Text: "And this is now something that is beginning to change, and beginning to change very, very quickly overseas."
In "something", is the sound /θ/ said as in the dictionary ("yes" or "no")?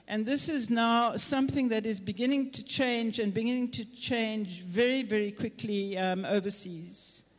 yes